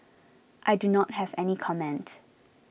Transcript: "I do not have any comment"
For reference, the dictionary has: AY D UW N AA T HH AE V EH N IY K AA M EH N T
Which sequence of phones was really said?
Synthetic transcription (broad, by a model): AY D UW N AA T HH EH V EH N IY K AA M EH N T